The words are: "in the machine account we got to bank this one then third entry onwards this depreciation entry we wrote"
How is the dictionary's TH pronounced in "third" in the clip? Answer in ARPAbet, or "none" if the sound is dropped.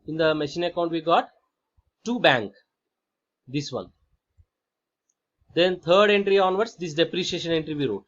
T